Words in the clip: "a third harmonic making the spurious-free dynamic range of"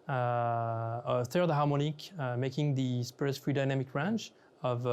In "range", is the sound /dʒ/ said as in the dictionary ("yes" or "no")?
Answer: no